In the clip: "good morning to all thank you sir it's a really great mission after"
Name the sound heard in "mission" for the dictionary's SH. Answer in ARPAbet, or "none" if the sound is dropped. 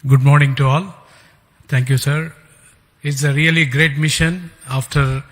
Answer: SH